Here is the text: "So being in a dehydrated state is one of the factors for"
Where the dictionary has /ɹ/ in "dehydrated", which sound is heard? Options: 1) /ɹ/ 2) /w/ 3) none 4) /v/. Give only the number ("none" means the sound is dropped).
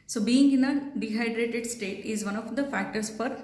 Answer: 1